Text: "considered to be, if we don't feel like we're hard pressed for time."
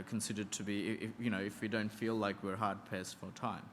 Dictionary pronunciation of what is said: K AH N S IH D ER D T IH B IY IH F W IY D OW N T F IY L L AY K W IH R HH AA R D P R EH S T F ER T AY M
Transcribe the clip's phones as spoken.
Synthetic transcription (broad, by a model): K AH N S IH D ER D T IH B IY IH F W IY D OW N T F IY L L AY K W IH R HH AA R D P EH S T F ER T AY M